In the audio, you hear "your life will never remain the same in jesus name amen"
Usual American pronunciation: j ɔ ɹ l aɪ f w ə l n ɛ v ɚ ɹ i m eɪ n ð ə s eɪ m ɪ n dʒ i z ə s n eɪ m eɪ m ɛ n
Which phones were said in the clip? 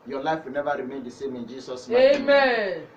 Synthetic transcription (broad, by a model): j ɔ l aɪ f w ə l n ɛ v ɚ ɹ i m eɪ n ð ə s eɪ m ɪ n dʒ i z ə s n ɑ eɪ m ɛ n